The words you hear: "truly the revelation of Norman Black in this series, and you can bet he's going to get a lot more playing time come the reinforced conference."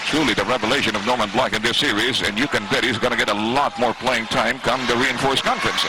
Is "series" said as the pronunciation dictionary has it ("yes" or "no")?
yes